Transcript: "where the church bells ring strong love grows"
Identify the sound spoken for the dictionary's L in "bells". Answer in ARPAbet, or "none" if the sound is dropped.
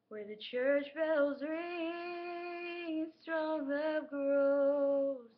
L